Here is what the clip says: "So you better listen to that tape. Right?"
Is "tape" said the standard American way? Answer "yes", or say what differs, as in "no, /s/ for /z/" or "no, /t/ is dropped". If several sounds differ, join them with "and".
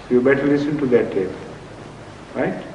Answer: no, /b/ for /p/